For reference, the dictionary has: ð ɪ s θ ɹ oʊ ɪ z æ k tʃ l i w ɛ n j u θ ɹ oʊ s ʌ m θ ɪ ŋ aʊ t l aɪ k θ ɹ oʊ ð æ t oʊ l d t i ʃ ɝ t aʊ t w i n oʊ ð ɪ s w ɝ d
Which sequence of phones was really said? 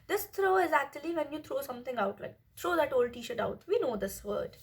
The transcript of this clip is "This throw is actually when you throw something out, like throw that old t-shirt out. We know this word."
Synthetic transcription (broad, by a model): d ɪ s t ɹ oʊ ɪ z æ k tʃ l i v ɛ n j u t ɹ oʊ s ʌ m t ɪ ŋ aʊ t l aɪ k t ɹ oʊ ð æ t oʊ l d t i ʃ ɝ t aʊ t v i n oʊ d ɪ s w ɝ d